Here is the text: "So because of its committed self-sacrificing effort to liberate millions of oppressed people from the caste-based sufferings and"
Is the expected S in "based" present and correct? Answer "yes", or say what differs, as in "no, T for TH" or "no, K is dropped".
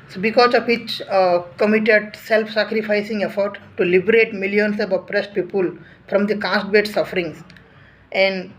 no, S is dropped